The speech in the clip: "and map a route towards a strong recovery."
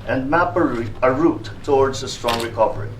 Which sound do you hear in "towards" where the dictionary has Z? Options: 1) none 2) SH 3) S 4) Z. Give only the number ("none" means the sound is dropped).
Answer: 4